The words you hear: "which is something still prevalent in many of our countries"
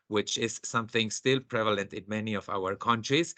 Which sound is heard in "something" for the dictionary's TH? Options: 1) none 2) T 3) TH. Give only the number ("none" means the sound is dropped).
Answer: 3